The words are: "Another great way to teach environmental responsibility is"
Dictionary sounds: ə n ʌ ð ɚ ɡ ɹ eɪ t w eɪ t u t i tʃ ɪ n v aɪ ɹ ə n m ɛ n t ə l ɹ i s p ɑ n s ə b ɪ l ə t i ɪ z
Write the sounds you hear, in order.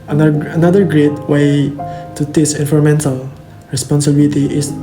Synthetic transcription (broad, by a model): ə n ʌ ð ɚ ɡ ɹ eɪ t w eɪ t u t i s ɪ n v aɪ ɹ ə m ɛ n t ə l ɹ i s p ɑ n s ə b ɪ l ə t i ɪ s